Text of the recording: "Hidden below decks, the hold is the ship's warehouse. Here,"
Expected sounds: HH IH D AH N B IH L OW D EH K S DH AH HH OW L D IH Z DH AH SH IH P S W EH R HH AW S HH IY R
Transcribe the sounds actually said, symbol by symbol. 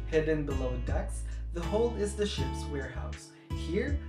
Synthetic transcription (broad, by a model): HH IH D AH N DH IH L OW D EH K S DH AH HH OW L IH Z DH AH SH IH P S W EH R HH AW S HH IY R